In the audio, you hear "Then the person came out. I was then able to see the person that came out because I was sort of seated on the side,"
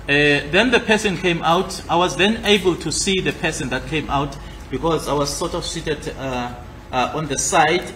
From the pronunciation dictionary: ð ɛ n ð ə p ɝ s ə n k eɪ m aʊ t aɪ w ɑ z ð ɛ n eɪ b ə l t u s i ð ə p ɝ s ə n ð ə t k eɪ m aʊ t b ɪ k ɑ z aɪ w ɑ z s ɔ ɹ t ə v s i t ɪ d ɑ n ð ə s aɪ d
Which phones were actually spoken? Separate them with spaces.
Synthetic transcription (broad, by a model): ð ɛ n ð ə p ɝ s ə n k eɪ m aʊ t aɪ w ɑ z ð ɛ n eɪ b ə l t u s i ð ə p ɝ s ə n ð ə t k eɪ m aʊ t b ɪ k ɑ z aɪ w ɑ z s ɔ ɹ t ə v s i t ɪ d ɑ n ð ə s aɪ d